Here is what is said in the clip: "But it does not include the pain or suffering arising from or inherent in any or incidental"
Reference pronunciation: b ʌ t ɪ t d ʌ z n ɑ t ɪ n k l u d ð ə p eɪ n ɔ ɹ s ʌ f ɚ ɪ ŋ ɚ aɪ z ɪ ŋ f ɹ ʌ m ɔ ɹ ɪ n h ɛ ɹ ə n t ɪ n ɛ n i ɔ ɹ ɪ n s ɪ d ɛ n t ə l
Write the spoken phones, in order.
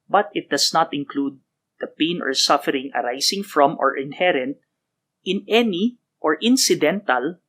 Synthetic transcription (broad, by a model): b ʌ t ɪ t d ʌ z n ɑ t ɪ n k l u d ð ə p eɪ n ɔ ɹ s ʌ f ɚ ɪ ŋ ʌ aɪ s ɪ ŋ f ɹ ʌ m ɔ ɹ ɪ n h ɛ ɹ ə n t ɪ n ɛ n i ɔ ɹ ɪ n s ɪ d ɛ n t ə l